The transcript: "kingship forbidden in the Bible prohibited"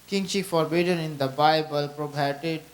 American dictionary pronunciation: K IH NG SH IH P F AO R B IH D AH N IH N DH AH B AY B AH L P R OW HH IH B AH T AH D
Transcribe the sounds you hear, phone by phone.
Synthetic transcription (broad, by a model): K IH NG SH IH F AO R B IH D AH N IH N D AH B AY B AH L P R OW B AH T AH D